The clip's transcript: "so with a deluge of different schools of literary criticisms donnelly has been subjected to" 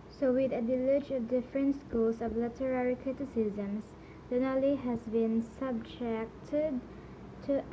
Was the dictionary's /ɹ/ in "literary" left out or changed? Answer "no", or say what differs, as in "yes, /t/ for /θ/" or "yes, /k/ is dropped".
no